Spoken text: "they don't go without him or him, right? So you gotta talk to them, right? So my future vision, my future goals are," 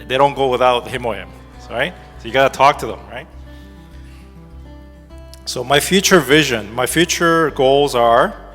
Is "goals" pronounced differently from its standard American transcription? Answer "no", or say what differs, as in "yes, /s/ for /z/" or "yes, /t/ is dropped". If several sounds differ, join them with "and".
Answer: no